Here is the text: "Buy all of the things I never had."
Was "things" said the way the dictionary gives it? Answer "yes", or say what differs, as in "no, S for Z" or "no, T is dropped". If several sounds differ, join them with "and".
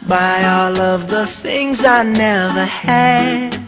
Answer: yes